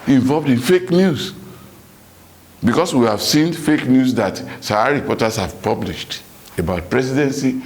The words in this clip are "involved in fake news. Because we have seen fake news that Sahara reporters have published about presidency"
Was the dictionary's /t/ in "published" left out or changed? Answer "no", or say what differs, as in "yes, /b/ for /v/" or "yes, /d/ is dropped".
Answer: no